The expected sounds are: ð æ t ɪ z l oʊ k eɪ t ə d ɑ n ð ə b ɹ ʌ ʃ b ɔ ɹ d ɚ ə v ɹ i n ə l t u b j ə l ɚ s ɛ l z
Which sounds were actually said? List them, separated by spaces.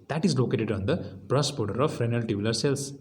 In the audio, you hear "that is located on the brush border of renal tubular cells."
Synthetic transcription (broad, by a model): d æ t ɪ z l oʊ k eɪ t ə d ɑ n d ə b ɹ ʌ s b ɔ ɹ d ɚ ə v ɹ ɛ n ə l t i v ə l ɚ s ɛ l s